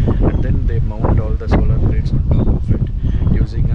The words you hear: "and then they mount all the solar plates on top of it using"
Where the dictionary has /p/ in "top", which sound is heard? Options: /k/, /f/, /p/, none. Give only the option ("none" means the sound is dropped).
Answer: none